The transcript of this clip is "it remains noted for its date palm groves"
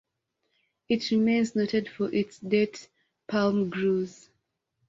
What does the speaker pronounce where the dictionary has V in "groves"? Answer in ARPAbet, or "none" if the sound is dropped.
none